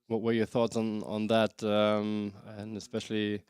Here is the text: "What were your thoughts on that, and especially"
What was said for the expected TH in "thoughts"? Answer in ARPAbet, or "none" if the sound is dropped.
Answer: TH